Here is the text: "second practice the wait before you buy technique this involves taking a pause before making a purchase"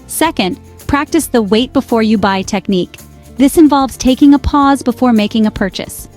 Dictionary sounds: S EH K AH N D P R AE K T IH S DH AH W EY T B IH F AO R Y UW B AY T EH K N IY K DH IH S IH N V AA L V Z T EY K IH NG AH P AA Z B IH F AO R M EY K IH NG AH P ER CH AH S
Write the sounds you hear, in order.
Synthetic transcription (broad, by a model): S EH K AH N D P R AE K T IH S DH AH W EY T B IH F AO R Y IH B AY T EH K N IY K DH IH S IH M V AA L V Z T EY K IH NG AH P AA Z B IH F AO R M EY K IH NG AH P ER CH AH S